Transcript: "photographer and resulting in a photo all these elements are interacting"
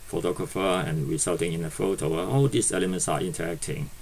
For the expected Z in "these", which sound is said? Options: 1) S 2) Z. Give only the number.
1